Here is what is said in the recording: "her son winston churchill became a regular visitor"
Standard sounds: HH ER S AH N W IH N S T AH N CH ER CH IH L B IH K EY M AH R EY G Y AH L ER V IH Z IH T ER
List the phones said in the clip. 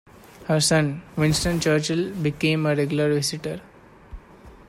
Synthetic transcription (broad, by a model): HH ER S AH N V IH N S T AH N CH ER CH IH L B IH K EY M AH R EY G Y AH L ER V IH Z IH T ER